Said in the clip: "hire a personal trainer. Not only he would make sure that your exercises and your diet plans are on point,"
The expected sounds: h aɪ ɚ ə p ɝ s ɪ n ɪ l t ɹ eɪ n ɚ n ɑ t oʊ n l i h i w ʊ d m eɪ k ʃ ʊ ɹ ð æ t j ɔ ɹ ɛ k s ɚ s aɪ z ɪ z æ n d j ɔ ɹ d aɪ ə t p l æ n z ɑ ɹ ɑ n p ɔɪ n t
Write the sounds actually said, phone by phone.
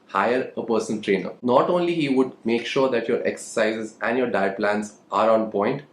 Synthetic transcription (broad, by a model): h aɪ ɚ ə p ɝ s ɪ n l t ɹ eɪ n ɚ n ɑ t oʊ n l i h i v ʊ d m eɪ k ʃ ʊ ɹ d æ t j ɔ ɹ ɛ k s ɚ s aɪ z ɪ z æ n d j ɔ ɹ d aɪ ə p l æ n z ɑ ɹ ɑ n p ɔɪ n t